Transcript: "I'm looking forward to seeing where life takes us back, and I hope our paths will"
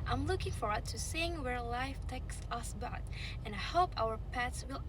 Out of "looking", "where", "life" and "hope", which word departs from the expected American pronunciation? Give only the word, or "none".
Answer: none